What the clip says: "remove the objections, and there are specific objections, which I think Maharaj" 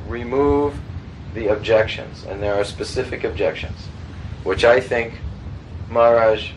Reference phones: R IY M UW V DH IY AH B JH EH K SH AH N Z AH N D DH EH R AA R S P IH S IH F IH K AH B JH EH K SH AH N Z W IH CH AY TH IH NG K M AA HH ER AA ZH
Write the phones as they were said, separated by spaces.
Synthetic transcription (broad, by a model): R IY M UW V DH IY AH B JH EH K SH AH N Z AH N DH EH R AA R S P IH S IH F IH K AH B JH EH K SH AH N Z W IH CH AY TH IH NG K M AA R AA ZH